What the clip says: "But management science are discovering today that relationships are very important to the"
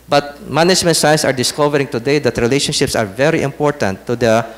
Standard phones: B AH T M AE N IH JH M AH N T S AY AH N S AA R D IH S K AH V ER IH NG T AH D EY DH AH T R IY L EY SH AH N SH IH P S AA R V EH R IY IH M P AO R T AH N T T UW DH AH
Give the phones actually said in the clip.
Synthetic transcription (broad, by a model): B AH T M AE N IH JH M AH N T S AY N S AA R D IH S K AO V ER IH NG T AH D EY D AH T R IY L EY SH AH N SH IH P S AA R V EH R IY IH M P AO R T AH N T T UW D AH